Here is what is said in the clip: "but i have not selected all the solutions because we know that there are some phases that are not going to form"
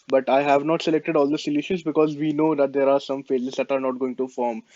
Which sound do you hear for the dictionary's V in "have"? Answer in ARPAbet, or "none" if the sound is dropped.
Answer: V